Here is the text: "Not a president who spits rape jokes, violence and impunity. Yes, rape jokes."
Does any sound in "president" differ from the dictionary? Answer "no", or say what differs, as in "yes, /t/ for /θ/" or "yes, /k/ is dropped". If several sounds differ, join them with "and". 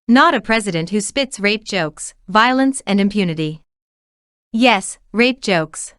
no